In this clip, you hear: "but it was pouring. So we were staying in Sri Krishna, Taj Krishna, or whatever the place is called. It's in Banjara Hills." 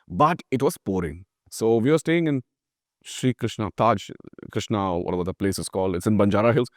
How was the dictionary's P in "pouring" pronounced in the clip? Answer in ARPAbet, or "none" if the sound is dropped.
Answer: P